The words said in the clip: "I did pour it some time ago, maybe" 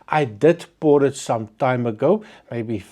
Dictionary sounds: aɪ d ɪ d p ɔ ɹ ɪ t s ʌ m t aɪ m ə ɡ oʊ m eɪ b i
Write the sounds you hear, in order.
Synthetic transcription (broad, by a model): aɪ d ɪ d b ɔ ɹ ɪ t s ʌ m t aɪ m ə ɡ oʊ m eɪ b i